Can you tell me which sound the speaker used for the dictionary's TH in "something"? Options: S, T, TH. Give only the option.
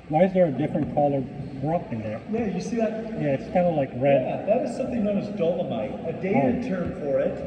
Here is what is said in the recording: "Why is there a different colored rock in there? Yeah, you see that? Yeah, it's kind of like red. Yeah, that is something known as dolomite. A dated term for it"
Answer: TH